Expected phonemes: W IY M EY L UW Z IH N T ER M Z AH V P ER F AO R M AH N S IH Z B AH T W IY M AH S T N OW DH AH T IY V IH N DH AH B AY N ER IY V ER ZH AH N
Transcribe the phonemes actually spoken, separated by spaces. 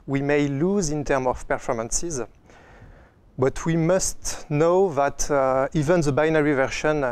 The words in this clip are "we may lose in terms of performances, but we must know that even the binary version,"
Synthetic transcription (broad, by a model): W IY M EY L UW Z IH N T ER M AH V P ER F AO R M AH N S IH Z B AH T W IY M AH S T N OW DH AH T IY V IH N DH AH B AY N ER IY V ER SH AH N